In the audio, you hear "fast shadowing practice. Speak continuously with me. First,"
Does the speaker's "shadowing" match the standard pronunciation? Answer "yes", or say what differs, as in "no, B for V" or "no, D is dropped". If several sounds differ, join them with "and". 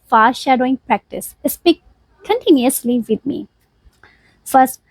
yes